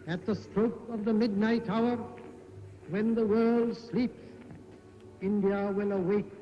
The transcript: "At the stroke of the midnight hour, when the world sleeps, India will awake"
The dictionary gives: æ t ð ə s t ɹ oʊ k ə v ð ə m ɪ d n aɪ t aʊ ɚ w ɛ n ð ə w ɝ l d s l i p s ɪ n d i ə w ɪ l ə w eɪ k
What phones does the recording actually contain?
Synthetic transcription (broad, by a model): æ t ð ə s t ɹ oʊ k ə v ð ə m ɪ d n aɪ t aʊ ɚ w ɛ n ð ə w ɝ l d s l i p s ɪ n d i ə w ɪ l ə w eɪ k